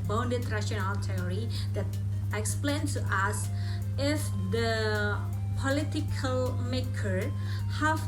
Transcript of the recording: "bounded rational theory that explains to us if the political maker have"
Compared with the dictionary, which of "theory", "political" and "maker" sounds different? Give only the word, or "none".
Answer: theory